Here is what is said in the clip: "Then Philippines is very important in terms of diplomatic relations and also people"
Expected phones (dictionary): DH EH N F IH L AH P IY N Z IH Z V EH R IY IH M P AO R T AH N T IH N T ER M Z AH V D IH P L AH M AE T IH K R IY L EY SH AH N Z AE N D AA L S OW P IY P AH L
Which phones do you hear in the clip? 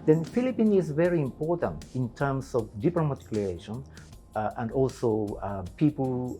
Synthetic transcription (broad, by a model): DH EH N F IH L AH P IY N IH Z V EH R IY IH M P AO R T AH N T IH N T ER M S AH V D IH P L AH M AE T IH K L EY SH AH N AE N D AA L S OW P IY P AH L